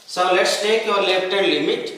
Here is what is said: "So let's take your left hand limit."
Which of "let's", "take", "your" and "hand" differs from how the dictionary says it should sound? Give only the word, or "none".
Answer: hand